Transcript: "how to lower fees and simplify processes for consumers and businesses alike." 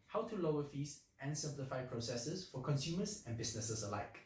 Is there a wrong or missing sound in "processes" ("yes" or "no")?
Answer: yes